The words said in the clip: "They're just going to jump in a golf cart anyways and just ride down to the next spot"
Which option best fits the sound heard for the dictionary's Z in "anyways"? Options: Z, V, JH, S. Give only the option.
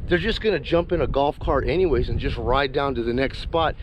Z